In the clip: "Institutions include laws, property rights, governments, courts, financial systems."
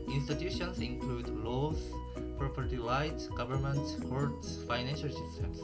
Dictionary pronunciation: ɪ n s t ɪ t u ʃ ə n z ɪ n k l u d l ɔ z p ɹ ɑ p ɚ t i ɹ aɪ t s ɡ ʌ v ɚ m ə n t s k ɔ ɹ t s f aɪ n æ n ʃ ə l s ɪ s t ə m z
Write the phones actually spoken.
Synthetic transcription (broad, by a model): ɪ n s t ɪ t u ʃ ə n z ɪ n k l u d l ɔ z p ɹ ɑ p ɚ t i l aɪ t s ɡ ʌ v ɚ m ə n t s k ɔ ɹ t s f aɪ n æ n ʃ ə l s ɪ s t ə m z